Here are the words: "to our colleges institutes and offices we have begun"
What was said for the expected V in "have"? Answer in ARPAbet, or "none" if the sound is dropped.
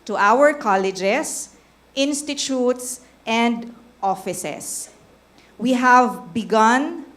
V